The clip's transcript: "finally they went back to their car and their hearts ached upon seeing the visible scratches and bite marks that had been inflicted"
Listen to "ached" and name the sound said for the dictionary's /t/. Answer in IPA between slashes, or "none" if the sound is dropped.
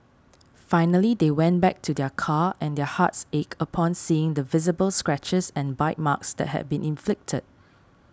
none